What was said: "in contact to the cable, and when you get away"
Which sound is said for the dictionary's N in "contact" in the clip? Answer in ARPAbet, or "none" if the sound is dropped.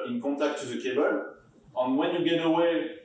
none